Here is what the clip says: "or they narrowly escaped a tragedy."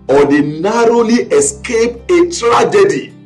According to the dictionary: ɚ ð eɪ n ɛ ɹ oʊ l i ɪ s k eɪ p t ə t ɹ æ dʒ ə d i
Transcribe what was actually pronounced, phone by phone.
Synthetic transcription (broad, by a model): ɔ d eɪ n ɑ ɹ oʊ l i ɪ s k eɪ p ə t ɹ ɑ dʒ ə d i